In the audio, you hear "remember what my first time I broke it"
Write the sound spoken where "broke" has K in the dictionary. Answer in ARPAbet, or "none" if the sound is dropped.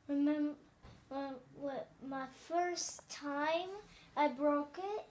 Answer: K